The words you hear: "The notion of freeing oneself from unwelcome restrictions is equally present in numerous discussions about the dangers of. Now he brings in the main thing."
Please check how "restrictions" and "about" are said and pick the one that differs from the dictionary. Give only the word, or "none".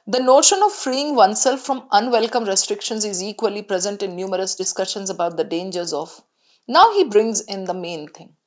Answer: none